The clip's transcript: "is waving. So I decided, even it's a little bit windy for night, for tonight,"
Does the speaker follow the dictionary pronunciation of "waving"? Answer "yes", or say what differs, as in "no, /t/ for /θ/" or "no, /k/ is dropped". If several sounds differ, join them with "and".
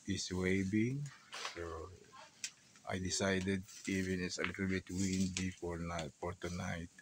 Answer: no, /b/ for /v/